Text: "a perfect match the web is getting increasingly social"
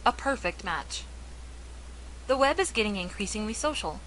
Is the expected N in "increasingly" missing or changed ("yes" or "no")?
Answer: no